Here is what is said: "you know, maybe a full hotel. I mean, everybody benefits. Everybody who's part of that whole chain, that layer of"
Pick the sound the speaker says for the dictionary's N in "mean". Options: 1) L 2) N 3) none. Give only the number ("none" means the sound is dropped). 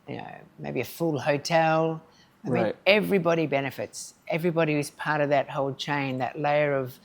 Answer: 3